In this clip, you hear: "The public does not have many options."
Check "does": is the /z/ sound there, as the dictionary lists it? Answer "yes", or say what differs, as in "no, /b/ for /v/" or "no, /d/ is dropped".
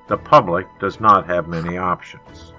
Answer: yes